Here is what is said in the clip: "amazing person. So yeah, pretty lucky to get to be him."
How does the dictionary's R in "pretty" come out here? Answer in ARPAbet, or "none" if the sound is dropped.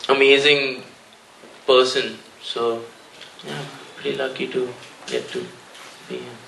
none